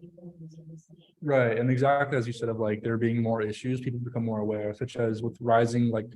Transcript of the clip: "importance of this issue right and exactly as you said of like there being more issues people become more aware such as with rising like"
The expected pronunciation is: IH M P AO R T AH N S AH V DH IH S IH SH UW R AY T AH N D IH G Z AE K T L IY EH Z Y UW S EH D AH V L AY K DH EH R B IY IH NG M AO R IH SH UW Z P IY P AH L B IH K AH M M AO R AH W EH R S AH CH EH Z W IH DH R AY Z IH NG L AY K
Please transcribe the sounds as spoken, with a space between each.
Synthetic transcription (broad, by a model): R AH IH IH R T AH N IH G Z AE K T L IY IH Z Y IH S EH D AH V L AY K DH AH R B IY IH NG M AO R IH SH UW Z P IY P L B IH K AH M M AO R AH W EH R S AH CH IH Z W IH DH R AY Z IH NG L AY K